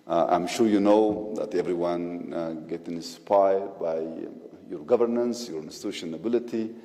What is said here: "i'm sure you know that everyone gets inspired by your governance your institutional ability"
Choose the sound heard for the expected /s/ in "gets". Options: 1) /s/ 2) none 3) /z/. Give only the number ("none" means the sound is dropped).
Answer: 2